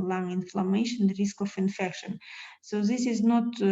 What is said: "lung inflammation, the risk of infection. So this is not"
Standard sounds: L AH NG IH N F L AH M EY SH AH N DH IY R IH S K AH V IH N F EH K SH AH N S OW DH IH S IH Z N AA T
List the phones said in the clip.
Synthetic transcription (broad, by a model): L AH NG IH N F L AH M EY SH AH N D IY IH S K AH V IH N F EH K SH AH N S OW DH IH S IH Z N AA T